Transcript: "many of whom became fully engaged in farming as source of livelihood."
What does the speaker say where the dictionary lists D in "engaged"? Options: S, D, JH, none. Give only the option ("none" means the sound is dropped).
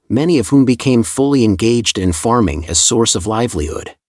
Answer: D